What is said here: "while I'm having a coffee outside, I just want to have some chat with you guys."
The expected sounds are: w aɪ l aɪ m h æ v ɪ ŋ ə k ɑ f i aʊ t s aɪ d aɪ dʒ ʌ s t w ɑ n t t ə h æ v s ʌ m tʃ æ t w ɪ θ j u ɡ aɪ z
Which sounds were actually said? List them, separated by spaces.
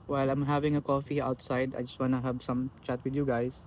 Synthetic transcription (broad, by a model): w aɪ l aɪ m h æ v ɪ ŋ ə k ɑ f i aʊ t s aɪ d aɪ dʒ ʌ s t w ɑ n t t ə h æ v s ʌ m tʃ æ t w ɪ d j u ɡ aɪ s